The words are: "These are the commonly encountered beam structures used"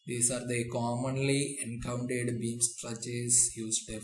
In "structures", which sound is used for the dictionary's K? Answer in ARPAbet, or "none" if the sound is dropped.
none